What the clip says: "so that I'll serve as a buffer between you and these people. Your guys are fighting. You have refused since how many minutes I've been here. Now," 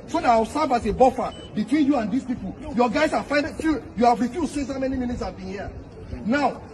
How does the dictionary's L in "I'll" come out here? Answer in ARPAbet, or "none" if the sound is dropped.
W